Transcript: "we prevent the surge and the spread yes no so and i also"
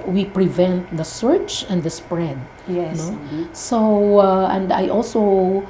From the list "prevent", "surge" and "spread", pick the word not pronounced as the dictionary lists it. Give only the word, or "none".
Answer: surge